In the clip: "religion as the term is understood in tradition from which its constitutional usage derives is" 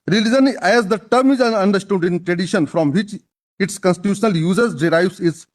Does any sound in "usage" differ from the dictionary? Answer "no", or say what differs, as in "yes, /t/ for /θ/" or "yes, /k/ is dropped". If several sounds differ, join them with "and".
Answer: yes, /z/ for /dʒ/